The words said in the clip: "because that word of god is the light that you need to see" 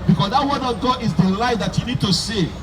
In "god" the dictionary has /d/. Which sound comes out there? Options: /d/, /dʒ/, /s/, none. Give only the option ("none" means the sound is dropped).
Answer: none